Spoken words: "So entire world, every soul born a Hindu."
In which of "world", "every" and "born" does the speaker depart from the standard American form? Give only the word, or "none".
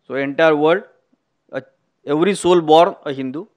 world